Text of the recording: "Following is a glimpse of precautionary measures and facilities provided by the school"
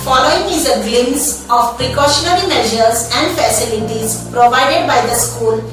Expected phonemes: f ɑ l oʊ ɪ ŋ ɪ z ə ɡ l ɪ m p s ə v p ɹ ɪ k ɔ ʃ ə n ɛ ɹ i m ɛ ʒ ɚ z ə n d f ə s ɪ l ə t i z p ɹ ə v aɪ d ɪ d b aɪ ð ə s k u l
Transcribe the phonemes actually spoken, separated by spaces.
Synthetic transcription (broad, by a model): f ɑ l oʊ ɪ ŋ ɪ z ə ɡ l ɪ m s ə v p ɹ ɪ k ɔ ʃ ə n ɛ ɹ i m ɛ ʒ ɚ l ə n d f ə s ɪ l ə t i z p ɹ ə v aɪ d ɪ d b aɪ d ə s k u l